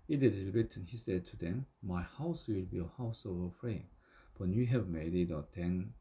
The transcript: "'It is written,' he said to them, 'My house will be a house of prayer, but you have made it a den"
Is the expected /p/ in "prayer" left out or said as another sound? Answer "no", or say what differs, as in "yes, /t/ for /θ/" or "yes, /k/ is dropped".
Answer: yes, /f/ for /p/